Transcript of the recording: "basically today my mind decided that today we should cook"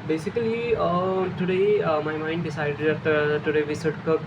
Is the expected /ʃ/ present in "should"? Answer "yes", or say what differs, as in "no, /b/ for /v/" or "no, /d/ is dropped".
no, /s/ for /ʃ/